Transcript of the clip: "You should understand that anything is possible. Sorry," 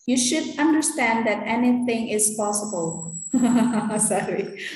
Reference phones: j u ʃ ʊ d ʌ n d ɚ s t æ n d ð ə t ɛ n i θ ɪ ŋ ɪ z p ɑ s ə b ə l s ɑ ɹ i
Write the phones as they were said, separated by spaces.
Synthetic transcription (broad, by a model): j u ʃ ʊ d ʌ n d ɚ s t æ n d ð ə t ɛ n i θ ɪ ŋ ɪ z p ɑ s ə b ə l s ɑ ɹ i